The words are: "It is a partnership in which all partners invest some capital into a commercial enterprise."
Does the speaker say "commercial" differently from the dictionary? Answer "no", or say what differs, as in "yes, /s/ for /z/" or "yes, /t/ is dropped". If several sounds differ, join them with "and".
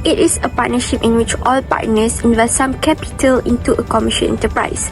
yes, /n/ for /l/